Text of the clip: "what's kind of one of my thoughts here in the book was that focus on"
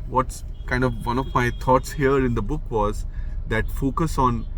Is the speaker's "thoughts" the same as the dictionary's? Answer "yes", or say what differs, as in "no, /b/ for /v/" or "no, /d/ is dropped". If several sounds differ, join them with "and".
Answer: no, /t/ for /θ/